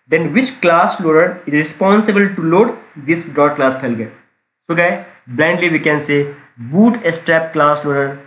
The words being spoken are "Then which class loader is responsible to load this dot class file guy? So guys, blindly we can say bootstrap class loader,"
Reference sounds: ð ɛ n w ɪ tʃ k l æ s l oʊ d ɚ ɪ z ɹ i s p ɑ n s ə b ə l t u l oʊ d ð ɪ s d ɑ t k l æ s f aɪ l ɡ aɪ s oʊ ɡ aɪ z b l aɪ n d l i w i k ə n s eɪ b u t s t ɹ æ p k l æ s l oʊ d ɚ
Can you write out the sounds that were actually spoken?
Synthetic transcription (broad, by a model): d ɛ n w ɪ tʃ k l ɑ s l oʊ d ɚ ɪ z ɹ i s p ɑ n s ə b ə l t u l oʊ d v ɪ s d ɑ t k l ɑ s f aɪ l ɡ aɪ s oʊ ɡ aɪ b l aɪ n d l i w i k ə n s eɪ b u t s t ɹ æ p k l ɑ s l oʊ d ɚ